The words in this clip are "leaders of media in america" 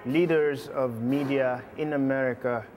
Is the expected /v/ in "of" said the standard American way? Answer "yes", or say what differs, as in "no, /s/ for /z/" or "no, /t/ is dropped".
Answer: yes